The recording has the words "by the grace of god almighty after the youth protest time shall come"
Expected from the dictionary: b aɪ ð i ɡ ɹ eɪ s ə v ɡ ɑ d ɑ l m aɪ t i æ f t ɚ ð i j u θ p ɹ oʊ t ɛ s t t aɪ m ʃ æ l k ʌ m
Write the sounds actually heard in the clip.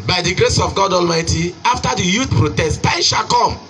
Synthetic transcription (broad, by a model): b aɪ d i ɡ ɹ eɪ s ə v ɡ ɑ d ɑ l m aɪ t i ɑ f t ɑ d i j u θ p ɹ oʊ t ɛ s t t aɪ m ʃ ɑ k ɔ m